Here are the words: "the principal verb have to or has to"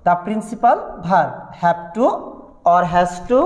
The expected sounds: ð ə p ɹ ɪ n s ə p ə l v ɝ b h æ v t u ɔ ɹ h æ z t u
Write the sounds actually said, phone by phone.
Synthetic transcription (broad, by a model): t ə p ɹ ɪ n s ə p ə l b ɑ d h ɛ b t u ɔ ɹ h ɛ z t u